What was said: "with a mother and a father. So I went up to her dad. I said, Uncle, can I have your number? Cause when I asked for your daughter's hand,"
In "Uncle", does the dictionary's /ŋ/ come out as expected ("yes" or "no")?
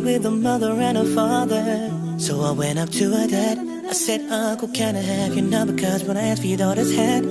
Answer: no